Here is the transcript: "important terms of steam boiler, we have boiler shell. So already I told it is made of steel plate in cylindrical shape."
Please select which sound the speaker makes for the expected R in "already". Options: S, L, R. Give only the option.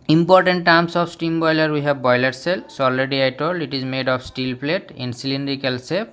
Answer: L